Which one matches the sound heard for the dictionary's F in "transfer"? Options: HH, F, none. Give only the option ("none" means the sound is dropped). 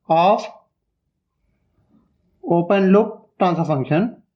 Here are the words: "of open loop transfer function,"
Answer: none